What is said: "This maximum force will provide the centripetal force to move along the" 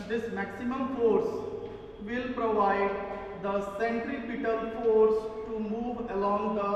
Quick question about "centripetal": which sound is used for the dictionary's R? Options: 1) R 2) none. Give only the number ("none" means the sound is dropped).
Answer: 1